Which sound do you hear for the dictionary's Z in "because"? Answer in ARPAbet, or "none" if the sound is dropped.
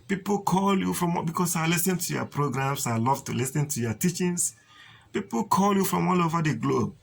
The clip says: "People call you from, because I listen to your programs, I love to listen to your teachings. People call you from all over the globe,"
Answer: S